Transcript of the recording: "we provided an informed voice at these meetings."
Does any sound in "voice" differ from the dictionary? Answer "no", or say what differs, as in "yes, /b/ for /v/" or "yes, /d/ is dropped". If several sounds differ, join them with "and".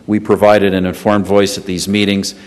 no